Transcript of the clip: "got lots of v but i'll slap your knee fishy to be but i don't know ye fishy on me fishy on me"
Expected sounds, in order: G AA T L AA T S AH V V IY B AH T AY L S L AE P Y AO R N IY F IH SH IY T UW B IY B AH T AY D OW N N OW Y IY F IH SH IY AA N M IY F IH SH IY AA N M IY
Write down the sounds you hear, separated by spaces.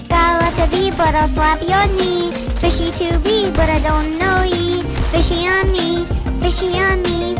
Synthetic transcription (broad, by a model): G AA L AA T AH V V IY B AH T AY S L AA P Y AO N IY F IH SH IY T UW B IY B AH T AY D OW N N OW Y IY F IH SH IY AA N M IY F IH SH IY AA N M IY